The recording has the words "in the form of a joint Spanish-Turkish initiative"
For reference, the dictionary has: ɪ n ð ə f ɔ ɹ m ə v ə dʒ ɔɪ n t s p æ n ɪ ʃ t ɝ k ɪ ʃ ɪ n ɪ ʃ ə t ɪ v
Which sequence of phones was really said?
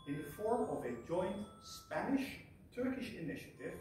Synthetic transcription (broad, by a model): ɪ n ð ə f ɔ ɹ m ə v ə dʒ ɔɪ n t s p æ n ɪ ʃ t ɝ k ɪ ʃ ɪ n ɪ ʃ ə t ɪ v